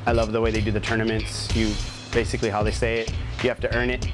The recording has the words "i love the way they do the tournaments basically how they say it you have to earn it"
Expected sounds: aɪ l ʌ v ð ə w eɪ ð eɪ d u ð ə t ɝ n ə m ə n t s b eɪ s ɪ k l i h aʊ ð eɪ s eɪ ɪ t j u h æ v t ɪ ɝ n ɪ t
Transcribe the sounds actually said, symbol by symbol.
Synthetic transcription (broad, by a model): aɪ l ʌ v ð ə w eɪ ð eɪ d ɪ ð ə t ɝ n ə m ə n t s b eɪ s ɪ k l i h aʊ ð eɪ s eɪ ɪ t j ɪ h æ f t ɪ ɝ n ɪ t